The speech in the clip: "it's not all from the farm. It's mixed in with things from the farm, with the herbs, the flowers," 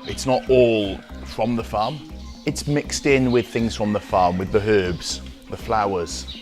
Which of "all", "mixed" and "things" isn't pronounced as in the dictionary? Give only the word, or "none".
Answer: none